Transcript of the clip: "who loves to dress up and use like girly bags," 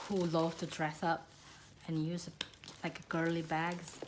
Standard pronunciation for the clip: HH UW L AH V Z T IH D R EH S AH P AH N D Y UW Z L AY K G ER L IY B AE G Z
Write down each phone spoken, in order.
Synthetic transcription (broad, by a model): HH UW L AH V T IH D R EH S AH P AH N Y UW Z L AY K G ER L IY B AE G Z